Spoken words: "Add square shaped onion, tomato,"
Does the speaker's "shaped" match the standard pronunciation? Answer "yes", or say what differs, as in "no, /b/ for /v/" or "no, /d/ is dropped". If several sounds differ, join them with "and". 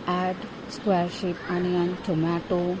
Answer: no, /t/ is dropped